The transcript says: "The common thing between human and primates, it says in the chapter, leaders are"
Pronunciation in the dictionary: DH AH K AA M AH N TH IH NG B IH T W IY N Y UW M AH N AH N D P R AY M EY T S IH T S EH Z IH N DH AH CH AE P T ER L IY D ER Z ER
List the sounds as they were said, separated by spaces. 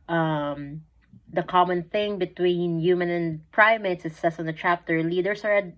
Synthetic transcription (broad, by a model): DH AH K AA M AH N TH IH NG B IH T W IY N Y UW M AH N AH N P R AY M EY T S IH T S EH S IH N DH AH CH AE P T ER L IY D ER S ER